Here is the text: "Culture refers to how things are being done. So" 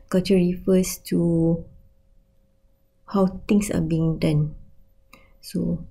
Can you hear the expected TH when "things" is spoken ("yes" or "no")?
no